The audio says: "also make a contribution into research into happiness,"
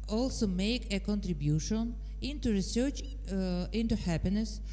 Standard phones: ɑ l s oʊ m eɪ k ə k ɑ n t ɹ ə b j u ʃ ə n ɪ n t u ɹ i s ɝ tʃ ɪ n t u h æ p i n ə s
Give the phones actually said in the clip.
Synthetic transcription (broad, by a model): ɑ l s oʊ m eɪ k ə k ɑ n t ɹ ə b j u ʃ ə n ɪ n t u ɹ i s ɝ tʃ ɪ n t u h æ p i n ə s